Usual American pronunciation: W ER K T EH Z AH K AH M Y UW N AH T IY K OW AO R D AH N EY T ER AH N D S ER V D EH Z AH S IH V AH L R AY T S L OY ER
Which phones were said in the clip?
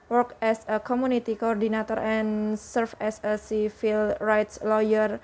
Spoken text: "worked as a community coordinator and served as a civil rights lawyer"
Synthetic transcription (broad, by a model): W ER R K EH S AH K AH M UW N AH T IY K OW AO R D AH N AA T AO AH N S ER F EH S AH S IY F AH L R AY T S L OY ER